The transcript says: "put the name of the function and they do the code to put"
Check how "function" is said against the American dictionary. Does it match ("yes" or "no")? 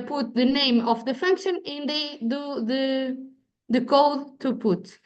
yes